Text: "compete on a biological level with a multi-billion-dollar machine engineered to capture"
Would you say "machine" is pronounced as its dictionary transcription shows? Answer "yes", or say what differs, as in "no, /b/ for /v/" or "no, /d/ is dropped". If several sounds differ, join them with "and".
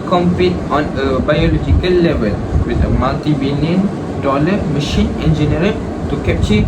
yes